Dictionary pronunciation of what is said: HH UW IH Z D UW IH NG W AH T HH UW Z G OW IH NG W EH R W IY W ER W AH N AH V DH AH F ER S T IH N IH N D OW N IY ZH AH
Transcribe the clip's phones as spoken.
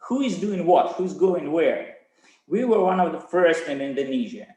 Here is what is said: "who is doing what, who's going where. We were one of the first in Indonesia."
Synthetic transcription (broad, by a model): HH UW IH Z D UW IH NG W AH T HH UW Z G OW IH NG W EH R W IY W ER W AH N AH V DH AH F ER S T IH N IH N D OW N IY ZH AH